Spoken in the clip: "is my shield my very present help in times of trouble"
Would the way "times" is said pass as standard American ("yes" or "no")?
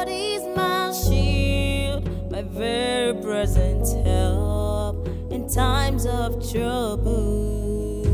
yes